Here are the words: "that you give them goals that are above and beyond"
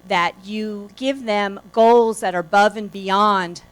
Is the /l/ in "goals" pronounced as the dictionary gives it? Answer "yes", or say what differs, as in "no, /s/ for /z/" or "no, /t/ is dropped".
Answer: yes